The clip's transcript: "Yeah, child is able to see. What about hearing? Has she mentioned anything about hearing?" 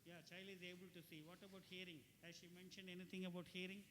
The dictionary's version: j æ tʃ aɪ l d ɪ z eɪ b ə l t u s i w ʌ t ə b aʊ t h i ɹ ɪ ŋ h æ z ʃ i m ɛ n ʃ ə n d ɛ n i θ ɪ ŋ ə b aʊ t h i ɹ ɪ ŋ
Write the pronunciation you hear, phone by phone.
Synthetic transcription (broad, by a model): j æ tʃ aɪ l ɪ z eɪ b ə l t u s i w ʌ t ə b aʊ t h i ɹ ɪ ŋ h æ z ʃ i m ɛ n ʃ ə n d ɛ n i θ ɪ ŋ ə b aʊ t h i ɹ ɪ ŋ